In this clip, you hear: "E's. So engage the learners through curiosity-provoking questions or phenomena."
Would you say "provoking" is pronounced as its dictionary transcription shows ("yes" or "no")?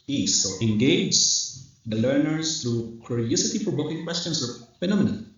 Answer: no